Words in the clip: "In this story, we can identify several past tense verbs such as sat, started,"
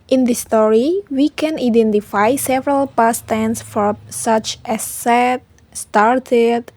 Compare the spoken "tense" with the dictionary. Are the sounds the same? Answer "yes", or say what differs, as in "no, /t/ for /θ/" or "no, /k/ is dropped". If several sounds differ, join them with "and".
yes